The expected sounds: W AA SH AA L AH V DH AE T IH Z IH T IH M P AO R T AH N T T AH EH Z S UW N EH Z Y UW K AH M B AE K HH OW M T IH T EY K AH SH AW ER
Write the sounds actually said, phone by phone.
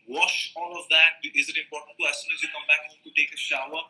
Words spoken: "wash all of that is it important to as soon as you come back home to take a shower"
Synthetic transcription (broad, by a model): W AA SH AA L AH V DH AE T IH Z IH T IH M P AO R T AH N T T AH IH S UW N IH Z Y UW K AH M B AE K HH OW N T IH T EY K AH SH AW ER